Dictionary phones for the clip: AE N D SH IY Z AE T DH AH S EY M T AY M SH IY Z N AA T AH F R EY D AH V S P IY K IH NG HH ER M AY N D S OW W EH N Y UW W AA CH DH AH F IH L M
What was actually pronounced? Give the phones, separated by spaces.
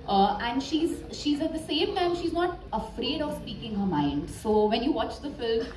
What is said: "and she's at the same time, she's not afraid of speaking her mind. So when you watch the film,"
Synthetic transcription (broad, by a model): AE N D SH IY Z AE T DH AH S EY M T AY M SH IY Z N AA T AH F R EY D AH V S P IY K IH NG HH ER M AY N D S OW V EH N Y UW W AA CH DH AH F IH L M